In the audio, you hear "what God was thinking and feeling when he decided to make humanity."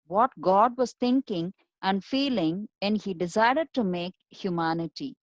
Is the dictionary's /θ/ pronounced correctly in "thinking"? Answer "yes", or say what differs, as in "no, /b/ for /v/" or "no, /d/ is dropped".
no, /t/ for /θ/